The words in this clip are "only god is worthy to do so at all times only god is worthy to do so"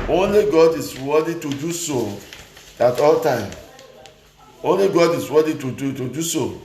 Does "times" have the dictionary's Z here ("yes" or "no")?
no